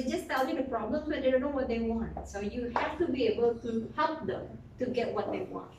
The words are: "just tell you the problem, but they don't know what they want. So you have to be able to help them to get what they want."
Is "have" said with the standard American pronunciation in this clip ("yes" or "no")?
no